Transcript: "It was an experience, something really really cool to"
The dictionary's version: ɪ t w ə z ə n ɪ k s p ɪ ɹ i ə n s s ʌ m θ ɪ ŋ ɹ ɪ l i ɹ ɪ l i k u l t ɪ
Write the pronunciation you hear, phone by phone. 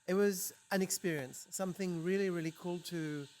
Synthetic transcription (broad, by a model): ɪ t w ə z ə n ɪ k s p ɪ ɹ i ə n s s ʌ m θ ɪ ŋ ɹ ɪ l i ɹ ɪ l i k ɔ l t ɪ